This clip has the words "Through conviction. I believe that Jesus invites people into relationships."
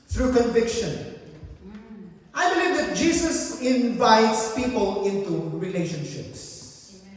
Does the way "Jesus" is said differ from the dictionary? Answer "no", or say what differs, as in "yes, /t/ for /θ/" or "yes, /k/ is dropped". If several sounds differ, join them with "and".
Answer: yes, /s/ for /z/